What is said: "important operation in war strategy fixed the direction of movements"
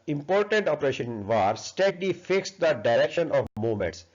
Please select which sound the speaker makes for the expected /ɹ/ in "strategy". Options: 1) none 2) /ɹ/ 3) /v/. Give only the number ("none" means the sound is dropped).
1